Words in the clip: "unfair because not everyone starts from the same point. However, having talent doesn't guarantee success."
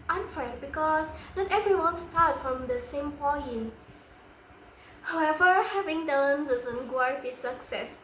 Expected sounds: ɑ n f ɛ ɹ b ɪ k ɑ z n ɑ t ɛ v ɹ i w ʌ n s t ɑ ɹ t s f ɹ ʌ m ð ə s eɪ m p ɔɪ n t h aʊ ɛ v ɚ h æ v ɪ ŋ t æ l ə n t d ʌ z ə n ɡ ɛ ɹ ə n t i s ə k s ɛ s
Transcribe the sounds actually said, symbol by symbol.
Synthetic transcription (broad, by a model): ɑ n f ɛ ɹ b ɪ k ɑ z n ɑ t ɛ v ɹ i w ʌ n s t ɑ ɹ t f ɹ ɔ m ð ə s eɪ m p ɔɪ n h aʊ ɛ v ɚ h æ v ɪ ŋ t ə n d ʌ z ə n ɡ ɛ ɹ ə t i s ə k s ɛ s